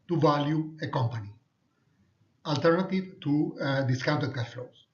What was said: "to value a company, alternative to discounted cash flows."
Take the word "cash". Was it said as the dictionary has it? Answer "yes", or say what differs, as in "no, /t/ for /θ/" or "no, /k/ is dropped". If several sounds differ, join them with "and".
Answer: no, /s/ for /ʃ/